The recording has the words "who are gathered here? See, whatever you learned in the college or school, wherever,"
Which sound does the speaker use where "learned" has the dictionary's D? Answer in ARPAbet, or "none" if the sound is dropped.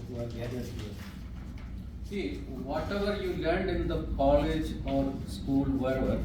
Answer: D